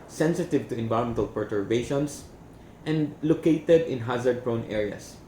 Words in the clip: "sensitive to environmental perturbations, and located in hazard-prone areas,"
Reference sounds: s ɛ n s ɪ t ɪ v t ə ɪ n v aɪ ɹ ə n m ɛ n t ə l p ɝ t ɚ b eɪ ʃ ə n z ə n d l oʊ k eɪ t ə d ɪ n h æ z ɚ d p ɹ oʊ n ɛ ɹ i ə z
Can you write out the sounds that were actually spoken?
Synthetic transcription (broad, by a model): s ɛ n s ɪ t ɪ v t ə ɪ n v aɪ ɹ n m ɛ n t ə l p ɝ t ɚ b eɪ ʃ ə n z ə n d l oʊ k eɪ t ə d ɪ n h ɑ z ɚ d p ɹ oʊ n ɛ ɹ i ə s